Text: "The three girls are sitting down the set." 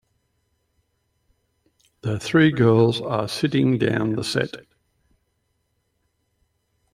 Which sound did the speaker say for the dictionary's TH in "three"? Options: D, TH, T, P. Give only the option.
TH